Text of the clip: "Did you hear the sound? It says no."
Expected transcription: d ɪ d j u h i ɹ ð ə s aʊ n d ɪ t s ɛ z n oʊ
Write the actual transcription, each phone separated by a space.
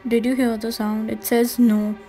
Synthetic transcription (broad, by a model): d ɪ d j u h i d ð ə s aʊ n d ɪ t s ɛ z n oʊ